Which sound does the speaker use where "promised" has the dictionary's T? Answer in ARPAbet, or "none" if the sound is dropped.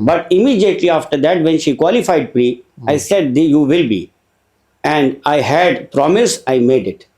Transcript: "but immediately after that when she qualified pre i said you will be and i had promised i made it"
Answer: none